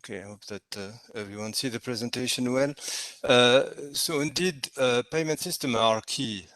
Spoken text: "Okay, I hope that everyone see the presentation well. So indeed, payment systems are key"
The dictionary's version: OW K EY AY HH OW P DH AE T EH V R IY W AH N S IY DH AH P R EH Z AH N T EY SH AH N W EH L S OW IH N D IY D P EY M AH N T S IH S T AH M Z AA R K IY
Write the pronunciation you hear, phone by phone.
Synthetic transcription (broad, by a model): K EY AY HH OW P DH AE T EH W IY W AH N S IY DH AH P R EH Z AH N T EY SH AH N W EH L S OW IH N D IY D P EY M AH N T S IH S T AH M AA R K IY